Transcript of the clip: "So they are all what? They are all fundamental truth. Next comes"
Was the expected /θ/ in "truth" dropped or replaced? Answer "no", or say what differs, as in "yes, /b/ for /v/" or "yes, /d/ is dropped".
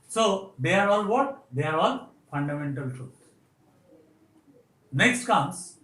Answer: yes, /t/ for /θ/